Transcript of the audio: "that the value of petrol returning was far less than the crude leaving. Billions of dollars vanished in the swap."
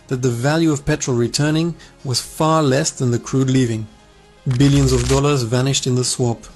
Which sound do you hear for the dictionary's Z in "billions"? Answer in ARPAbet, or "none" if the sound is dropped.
Z